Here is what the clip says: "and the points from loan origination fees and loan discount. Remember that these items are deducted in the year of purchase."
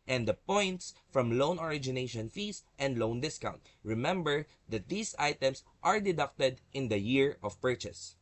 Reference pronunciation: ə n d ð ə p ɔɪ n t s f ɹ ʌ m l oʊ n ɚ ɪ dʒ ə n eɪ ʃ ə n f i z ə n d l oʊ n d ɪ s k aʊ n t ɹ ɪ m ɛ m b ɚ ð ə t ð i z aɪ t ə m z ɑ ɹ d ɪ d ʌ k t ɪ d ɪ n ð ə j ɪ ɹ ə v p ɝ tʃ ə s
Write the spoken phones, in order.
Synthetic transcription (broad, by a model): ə n d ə p ɔɪ n t s f ɹ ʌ m l oʊ n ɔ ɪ dʒ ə n eɪ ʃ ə n f i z ə n d l oʊ n d ɪ s k aʊ n t ɹ ɪ m ɛ m b ɚ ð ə t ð i s aɪ t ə m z ɑ ɹ d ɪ d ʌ k t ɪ d ɪ n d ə j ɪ ɹ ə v p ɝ tʃ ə s